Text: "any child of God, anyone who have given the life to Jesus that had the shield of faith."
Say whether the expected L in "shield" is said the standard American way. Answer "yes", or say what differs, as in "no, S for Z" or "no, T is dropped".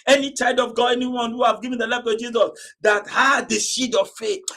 no, L is dropped